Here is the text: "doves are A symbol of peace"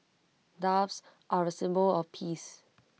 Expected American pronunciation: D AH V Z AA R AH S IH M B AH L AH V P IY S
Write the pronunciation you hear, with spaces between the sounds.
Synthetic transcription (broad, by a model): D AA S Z AA R AH S IH M B AH L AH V P IY S